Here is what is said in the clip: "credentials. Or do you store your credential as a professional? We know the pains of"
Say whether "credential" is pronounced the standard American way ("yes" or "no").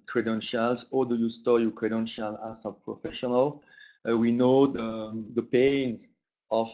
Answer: yes